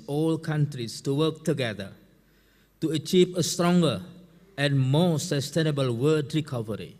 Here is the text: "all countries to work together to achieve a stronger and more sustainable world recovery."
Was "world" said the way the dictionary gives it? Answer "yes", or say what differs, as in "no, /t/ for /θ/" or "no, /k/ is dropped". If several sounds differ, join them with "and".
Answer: no, /l/ is dropped